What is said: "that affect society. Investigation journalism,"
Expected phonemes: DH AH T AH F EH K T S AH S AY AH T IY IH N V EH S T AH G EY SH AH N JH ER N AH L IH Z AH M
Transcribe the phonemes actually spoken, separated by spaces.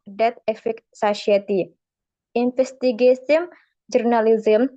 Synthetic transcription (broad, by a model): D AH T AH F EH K S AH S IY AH T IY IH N F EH S T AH G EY S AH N JH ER N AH L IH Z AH M